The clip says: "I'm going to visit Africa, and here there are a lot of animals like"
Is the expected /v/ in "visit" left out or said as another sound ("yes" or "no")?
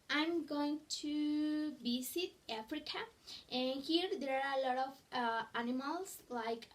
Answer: yes